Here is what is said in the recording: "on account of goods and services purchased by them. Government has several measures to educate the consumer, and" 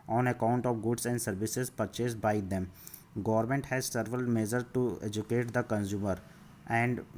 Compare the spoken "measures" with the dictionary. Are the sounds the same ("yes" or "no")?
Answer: no